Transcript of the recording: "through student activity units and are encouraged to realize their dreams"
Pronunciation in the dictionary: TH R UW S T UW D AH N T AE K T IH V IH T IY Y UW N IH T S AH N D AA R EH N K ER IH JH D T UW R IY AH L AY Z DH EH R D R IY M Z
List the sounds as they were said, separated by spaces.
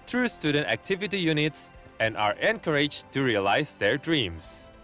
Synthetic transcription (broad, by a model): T R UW S T UW D AH N T AE K T IH V IH T IY Y UW N IH T S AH N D AA R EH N K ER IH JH T UW R IY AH L AY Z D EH R D R IY M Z